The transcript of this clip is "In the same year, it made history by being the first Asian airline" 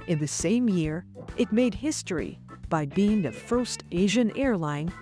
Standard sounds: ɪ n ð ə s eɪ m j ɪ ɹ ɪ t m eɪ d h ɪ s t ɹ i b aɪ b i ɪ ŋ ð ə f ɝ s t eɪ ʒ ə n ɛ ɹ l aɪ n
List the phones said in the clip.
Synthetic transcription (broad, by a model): ɪ n ð ə s eɪ m j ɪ ɹ ɪ t m eɪ d h ɪ s t ɹ i b aɪ b i ɪ ŋ ð ə f ɝ s t eɪ ʒ ə n ɛ ɹ l aɪ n